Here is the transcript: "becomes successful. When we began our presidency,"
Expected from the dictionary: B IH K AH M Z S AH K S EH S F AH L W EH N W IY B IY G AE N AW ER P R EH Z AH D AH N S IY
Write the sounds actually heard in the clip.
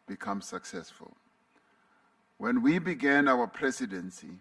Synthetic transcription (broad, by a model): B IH K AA M S AH K S EH S F AH L W EH N W IY B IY G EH N AW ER P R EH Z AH D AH N S IY